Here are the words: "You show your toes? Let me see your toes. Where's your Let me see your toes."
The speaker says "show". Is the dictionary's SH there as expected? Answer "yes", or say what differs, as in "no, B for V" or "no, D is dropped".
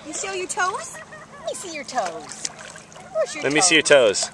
no, S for SH